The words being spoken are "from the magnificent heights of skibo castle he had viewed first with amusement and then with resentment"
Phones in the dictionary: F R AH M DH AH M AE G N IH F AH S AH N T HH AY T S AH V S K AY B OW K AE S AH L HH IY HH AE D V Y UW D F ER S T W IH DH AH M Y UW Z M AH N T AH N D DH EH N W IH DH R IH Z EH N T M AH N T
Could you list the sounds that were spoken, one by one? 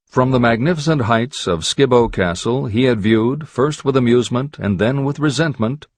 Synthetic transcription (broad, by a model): F R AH M DH AH M AE G N IH F AH S AH N T HH AY T S AH V S K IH B OW K AE S L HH IY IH D V Y UW D F ER S T W IH DH AH M Y UW Z M AH N T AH N DH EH N W IH DH R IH Z EH N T M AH N T